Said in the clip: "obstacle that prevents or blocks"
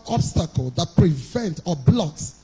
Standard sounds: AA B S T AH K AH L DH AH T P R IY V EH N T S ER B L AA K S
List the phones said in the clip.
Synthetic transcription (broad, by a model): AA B S T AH K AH L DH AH T P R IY V EH N T ER B L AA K S